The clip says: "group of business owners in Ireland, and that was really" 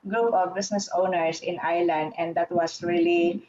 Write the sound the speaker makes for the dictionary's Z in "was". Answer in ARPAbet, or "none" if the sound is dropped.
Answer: S